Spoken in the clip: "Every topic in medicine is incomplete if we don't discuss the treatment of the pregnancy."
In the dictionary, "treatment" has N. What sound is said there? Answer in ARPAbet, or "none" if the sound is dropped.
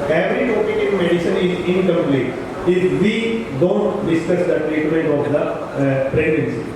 none